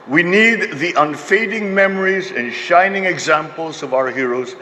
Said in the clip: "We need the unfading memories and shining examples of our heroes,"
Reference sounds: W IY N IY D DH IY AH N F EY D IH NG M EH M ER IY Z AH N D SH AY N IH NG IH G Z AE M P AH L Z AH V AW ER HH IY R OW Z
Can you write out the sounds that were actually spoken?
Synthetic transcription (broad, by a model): W IY N IY D DH IY AH N F EY D IH NG M EH M ER IY Z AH N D SH AY N IH NG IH G Z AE M P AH L Z AH V AW ER HH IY R OW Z